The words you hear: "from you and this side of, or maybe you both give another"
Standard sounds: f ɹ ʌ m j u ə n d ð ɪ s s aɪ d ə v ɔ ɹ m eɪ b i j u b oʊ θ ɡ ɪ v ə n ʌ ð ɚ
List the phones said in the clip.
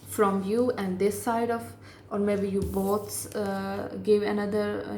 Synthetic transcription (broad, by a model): f ɹ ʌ m j u ə n d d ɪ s s aɪ d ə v ɔ ɹ m eɪ b i j u b oʊ s ɡ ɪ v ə n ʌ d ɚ